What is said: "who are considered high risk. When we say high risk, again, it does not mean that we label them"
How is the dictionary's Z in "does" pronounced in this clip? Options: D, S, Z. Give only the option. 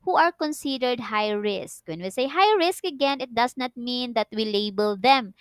S